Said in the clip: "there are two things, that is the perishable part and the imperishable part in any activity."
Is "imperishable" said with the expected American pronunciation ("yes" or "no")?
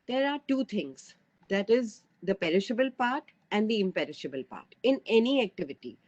yes